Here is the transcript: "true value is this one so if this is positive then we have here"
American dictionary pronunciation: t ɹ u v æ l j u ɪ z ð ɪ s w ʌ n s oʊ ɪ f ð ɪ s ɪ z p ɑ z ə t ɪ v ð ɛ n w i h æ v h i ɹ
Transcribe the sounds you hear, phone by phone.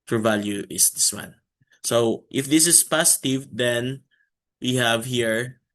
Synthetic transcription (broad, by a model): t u v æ l j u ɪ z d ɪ s w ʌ n s oʊ ɪ f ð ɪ s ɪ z p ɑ s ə t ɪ v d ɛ n w i h æ v h i ɹ